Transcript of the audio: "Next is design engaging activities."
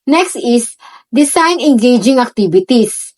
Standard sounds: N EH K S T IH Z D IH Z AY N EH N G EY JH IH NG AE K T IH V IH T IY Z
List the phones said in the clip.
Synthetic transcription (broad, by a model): N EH K S T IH S D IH S AY N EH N G EY JH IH NG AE K T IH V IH T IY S